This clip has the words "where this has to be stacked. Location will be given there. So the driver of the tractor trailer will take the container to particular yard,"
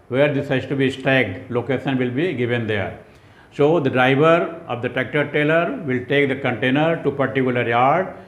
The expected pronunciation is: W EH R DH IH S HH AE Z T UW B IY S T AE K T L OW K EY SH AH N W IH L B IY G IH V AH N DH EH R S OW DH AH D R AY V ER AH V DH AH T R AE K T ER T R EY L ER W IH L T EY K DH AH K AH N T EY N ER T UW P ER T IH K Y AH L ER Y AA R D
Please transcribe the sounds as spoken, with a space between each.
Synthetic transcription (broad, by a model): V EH R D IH S HH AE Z T UW B IY S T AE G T L OW K EY SH AH N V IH L B IY G IH V AH N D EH R S OW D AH D R AY V ER AH V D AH T AE K T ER T EY L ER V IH L T EY K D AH K AH N T EY N ER T UW P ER T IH K Y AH L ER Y AA R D